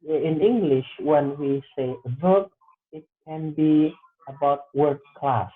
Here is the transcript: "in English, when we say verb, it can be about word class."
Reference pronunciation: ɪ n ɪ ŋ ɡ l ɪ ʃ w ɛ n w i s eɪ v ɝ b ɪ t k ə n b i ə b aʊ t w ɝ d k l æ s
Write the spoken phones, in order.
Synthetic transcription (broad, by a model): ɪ n ɪ ŋ ɡ l ɪ ʃ w ɛ n w i s eɪ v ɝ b ɪ t k ə n b i ə b aʊ t w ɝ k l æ s